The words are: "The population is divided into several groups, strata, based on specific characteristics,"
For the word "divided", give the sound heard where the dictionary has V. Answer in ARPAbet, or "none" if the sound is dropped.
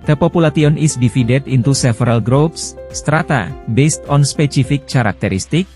F